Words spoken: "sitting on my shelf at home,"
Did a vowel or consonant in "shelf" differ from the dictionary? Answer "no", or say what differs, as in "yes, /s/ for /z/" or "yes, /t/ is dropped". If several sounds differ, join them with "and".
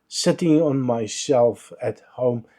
yes, /s/ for /ʃ/